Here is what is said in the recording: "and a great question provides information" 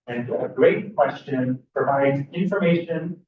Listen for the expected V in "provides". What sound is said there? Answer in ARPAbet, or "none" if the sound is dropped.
V